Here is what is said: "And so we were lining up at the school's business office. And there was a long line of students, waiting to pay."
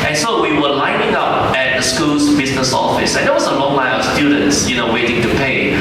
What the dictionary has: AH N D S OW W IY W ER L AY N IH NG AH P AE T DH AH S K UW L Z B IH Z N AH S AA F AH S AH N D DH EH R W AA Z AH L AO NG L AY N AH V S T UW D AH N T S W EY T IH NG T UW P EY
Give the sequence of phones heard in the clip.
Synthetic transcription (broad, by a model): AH N S OW W IY W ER L AY N IH NG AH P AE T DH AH S K UW L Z B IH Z N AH S AA F AH S AH N D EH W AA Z AH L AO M AY L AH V S T UW D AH N T S W EY T IH NG T UW P EY